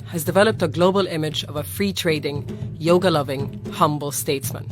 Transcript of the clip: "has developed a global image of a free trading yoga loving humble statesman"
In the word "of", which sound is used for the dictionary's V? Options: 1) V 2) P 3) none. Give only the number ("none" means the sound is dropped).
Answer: 1